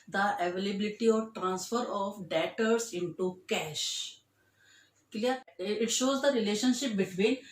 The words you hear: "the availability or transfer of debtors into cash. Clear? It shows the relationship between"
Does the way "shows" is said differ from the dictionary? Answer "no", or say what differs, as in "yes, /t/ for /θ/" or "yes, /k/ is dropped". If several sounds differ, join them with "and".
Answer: no